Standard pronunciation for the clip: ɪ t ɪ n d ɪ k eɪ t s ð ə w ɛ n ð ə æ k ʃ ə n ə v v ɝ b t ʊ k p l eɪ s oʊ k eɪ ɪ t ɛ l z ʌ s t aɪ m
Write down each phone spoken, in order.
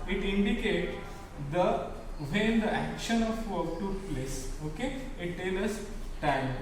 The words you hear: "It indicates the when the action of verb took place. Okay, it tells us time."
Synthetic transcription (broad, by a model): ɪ t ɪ n d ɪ k eɪ t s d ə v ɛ n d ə æ k ʃ ə n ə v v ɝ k t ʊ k p l eɪ s oʊ k eɪ ɪ t ɛ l ʌ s t aɪ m